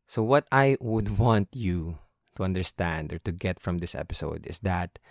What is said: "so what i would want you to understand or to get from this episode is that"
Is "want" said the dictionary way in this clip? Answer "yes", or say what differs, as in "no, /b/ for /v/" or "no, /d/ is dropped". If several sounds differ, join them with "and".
yes